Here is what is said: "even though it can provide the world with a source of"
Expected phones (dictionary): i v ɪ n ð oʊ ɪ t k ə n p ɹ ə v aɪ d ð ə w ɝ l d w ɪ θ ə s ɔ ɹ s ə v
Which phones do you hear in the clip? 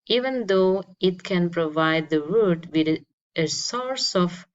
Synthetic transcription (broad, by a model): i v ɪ n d oʊ ɪ t k ə n p ɹ ə v aɪ d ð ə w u d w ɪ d ə s ɔ ɹ s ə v